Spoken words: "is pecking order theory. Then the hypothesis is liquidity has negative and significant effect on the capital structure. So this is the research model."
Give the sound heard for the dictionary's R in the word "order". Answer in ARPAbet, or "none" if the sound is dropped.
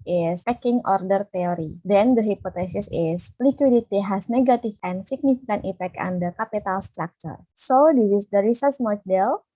R